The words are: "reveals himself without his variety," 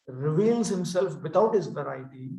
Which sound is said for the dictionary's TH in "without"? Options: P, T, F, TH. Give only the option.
T